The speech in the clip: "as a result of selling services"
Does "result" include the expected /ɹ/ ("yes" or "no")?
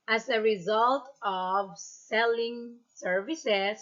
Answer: yes